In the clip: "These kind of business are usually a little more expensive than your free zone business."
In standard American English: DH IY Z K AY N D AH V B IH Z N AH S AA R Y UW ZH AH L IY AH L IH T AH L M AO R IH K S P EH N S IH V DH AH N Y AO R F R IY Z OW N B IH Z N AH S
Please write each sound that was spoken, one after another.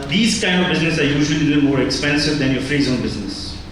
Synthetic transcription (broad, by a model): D IY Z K AY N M AH V B IH Z N AH S AA R Y UW ZH AH L IY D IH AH M AO R IH K S P EH N S IH V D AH N Y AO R F R IY Z OW N B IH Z N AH S